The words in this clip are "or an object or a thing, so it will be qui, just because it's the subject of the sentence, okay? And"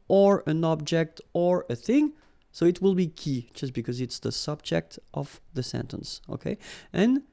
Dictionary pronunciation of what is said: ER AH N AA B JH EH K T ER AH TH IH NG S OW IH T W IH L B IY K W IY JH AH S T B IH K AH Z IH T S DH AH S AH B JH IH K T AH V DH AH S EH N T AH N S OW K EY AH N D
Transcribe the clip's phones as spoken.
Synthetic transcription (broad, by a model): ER AH N AA B JH EH K T ER AH TH IH NG S OW IH T W IH L B IY K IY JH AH S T B IH K AH Z IH T S DH AH S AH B JH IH K T AH V DH AH S EH N T AH N S OW K EY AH N